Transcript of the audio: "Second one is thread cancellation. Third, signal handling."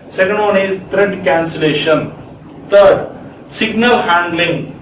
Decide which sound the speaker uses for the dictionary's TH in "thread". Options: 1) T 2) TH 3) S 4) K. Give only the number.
1